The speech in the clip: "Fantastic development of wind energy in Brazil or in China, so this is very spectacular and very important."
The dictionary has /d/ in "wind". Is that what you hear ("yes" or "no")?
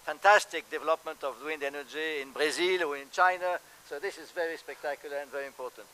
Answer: yes